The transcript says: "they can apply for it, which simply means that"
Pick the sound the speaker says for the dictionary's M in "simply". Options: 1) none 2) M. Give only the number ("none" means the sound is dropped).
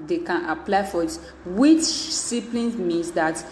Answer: 1